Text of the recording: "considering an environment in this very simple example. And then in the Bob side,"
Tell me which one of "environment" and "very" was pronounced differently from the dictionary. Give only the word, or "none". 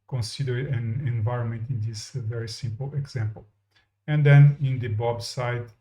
none